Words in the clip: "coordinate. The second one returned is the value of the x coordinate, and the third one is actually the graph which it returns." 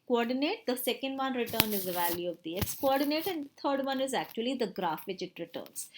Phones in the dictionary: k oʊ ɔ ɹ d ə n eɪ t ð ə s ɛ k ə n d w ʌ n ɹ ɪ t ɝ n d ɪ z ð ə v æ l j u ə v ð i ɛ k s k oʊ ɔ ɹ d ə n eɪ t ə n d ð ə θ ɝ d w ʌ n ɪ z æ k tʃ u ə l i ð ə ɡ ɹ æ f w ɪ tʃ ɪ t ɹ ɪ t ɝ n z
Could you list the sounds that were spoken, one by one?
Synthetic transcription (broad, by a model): k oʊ ɔ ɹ d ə n eɪ t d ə s ɛ k ə n d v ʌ n ɹ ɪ t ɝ n ɪ z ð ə v æ l j u ə v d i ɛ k s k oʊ ɔ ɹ d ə n eɪ t ə n d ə t ɝ d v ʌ n ɪ z æ k tʃ u ə l i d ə ɡ ɹ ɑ f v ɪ tʃ ɪ t ɹ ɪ t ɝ n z